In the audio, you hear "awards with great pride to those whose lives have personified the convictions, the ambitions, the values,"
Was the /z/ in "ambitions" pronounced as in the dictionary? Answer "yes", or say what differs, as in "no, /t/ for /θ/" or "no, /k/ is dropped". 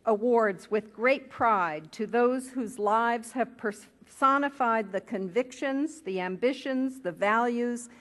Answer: yes